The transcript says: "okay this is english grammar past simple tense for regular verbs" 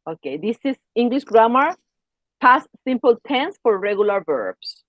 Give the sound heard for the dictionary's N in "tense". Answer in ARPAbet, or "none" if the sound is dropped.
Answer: N